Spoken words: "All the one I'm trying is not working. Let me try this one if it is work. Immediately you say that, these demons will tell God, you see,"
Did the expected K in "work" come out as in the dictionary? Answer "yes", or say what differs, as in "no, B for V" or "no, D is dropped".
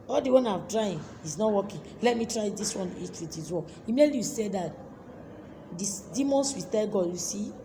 no, K is dropped